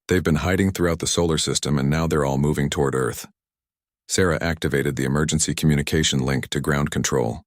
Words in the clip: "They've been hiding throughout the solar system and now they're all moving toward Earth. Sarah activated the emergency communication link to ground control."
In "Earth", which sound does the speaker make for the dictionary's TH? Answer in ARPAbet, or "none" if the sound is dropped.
TH